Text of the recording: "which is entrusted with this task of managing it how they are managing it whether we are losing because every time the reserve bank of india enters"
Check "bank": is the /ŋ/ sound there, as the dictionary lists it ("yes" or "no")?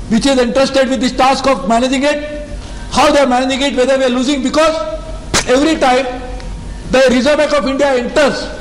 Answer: no